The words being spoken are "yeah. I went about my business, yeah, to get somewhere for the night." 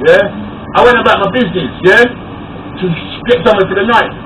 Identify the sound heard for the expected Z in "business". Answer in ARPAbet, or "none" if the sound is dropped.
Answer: Z